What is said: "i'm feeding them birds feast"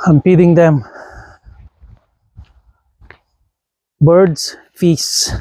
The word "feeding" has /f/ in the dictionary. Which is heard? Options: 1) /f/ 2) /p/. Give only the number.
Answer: 2